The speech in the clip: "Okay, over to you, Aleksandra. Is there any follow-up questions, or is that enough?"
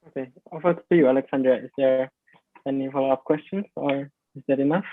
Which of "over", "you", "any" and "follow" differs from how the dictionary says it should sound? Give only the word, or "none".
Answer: over